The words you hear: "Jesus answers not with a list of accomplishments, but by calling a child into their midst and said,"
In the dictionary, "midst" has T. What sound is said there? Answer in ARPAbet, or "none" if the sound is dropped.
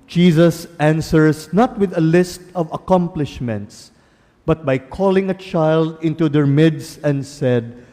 none